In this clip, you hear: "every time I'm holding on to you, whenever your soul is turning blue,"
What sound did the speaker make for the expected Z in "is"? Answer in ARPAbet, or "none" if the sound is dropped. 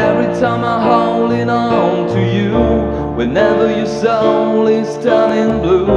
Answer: S